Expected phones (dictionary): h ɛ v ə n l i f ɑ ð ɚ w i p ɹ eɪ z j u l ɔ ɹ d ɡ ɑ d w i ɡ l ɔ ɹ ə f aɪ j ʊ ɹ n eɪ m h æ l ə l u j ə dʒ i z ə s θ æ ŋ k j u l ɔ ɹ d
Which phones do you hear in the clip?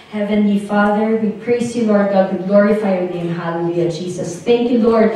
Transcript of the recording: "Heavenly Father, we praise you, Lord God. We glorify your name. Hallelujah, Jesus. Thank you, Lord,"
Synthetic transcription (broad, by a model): h ɛ v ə n l i f ɑ ð ɚ w i p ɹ eɪ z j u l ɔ ɹ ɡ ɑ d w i ɡ l ɔ ɹ ə f aɪ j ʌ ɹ n eɪ m h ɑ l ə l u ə dʒ i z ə s θ æ ŋ k j u l ɔ ɹ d